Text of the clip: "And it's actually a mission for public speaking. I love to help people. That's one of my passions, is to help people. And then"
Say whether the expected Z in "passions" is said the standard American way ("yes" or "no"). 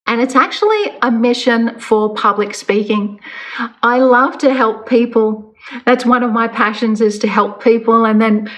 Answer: yes